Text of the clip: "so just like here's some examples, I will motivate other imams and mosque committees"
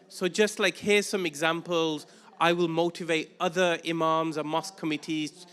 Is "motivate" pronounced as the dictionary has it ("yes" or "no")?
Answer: yes